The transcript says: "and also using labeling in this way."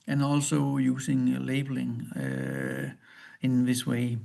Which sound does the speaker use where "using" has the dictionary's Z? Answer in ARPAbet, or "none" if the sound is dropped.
S